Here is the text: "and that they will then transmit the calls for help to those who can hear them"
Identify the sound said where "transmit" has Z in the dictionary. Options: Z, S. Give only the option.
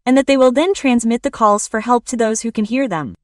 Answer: Z